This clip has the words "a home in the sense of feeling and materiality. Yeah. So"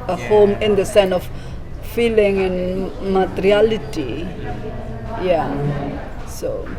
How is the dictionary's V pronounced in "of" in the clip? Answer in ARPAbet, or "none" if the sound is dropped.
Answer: F